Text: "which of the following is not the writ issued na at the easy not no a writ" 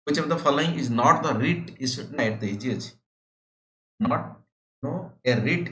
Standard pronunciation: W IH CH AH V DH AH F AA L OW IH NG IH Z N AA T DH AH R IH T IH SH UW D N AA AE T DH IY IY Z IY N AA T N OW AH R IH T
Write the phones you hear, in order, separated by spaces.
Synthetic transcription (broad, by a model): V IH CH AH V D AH F AA L OW IH NG IH Z N AA T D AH R IH T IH S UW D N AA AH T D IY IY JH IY N AA T N OW AH R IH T